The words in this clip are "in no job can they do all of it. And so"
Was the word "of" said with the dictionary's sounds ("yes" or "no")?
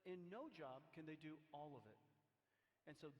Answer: yes